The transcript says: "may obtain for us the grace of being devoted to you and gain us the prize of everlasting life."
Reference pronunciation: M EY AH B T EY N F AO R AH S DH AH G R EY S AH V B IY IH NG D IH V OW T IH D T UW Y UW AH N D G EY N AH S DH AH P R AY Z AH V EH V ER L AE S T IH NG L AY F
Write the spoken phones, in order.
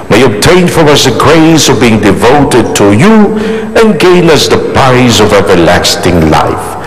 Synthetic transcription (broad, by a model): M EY AH B T EY N F AO R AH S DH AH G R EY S AH V B IY IH NG D IH V OW T IH D T UW Y UW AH N G EY N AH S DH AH P R AY Z AH V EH V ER L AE S T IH NG L AY F